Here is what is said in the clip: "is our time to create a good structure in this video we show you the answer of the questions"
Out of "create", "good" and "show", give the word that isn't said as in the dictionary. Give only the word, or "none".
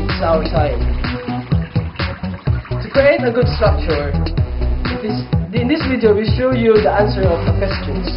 show